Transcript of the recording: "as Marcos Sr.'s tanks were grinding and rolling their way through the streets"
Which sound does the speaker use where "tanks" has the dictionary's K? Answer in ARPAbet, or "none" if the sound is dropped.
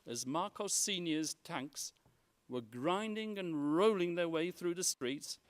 K